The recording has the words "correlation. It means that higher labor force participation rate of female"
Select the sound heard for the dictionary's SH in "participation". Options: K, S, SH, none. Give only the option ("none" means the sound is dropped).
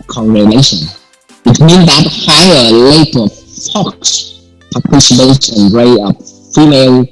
S